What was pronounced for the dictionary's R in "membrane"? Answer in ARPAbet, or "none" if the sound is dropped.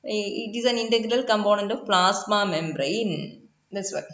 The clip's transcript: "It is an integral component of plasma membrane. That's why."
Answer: R